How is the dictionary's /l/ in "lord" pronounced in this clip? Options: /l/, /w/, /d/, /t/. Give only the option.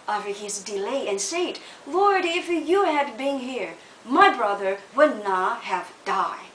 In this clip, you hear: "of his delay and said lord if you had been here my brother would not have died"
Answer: /l/